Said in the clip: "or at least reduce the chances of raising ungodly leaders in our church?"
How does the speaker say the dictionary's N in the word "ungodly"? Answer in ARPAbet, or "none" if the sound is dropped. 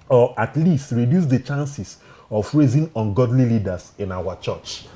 N